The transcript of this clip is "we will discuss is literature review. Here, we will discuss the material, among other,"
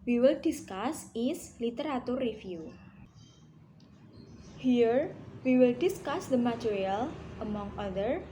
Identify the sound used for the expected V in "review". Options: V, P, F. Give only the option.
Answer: F